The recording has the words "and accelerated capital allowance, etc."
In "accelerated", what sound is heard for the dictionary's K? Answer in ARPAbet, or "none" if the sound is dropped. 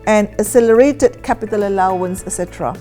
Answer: none